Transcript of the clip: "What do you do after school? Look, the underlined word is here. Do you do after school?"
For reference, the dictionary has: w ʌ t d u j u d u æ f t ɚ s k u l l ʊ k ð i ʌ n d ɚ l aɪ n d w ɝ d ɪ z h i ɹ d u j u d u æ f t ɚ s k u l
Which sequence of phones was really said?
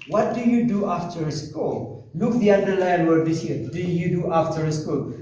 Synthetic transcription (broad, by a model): w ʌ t d u j u d u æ f t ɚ s k u l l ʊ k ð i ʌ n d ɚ l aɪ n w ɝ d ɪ s h i ɹ d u j u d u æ f t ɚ s k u l